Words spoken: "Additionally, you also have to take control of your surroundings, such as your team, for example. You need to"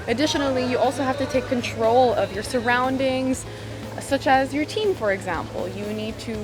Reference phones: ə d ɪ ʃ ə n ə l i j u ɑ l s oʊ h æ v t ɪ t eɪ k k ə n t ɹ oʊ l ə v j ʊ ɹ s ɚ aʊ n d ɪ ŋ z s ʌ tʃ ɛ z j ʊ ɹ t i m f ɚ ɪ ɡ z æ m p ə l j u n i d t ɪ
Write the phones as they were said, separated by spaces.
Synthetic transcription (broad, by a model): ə d ɪ ʃ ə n l i j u ɑ l s oʊ h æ f t ɪ t eɪ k k ə n t ɹ oʊ l ə v j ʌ ɹ s ɚ aʊ n d ɪ ŋ z s ʌ tʃ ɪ z j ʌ ɹ t i m f ɚ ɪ ɡ z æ m p l j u n i d t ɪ